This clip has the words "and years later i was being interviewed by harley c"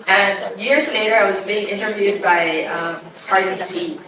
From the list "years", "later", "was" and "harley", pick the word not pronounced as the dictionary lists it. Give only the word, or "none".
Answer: harley